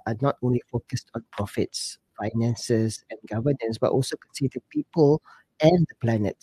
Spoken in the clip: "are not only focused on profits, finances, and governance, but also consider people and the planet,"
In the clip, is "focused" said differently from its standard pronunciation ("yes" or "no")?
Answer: no